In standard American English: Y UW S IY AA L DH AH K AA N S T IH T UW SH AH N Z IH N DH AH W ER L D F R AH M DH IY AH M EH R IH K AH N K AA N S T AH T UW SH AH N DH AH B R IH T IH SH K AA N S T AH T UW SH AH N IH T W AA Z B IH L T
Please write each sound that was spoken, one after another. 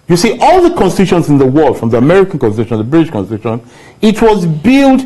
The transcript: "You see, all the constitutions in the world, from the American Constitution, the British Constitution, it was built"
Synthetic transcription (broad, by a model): Y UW S IY AA L DH AH K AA N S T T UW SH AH N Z IH N DH AH W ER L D F R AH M DH IY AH M EH R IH K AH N K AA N S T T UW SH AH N DH AH B R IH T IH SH K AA N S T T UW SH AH N IH T W AA Z B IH L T